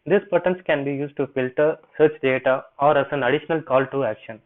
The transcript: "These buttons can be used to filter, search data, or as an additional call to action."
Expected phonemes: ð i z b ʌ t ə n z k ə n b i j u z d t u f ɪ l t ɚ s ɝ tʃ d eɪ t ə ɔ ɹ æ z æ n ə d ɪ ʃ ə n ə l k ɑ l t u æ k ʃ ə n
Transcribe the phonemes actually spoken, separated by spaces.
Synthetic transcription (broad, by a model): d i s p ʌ t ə n s k ə n b i j u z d t u f ɪ l t ɚ s ɝ tʃ d eɪ t ə ɔ ɹ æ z æ n ə d ɪ ʃ ə n ə l k ɑ l t u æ k ʃ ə n